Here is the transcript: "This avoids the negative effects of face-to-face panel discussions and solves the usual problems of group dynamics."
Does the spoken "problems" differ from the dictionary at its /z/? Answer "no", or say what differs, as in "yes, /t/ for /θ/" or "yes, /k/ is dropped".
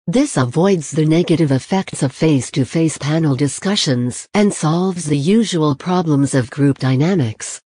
no